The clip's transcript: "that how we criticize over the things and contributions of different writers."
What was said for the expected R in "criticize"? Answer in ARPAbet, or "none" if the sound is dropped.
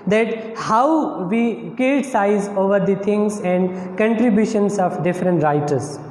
none